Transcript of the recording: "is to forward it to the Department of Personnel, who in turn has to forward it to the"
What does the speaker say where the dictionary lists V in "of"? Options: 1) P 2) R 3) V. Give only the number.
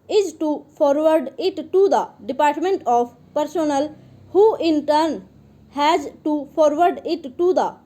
1